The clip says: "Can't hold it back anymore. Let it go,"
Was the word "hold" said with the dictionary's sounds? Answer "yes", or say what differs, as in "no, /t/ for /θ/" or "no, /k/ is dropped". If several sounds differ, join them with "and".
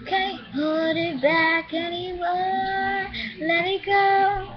no, /l/ is dropped